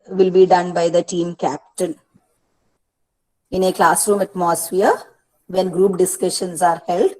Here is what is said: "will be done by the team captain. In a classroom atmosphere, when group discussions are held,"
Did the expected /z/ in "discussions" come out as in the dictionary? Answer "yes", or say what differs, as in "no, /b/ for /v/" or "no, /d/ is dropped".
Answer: no, /s/ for /z/